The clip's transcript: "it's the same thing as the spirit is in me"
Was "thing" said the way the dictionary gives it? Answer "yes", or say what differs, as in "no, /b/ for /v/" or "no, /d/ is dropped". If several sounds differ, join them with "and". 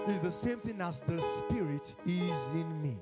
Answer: yes